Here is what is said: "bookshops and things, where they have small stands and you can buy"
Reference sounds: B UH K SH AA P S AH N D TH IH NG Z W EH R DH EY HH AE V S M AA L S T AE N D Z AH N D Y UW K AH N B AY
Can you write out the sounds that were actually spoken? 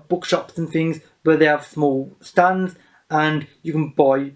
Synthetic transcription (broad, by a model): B UH K SH AA P S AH N TH IH NG Z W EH DH EY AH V S M AA L S T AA N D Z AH N Y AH K AH N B AY